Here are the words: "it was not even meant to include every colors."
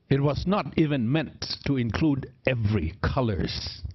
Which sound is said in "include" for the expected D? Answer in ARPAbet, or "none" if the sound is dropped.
D